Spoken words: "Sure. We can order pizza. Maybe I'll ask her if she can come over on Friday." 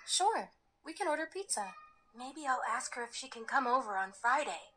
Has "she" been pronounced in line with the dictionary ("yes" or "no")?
yes